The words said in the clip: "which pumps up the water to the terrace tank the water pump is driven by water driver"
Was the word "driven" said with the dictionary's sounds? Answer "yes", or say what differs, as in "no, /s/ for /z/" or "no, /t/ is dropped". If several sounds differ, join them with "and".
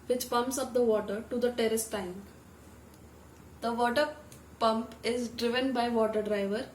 yes